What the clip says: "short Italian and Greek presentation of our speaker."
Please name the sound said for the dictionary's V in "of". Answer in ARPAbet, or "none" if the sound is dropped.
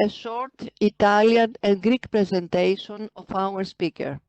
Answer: F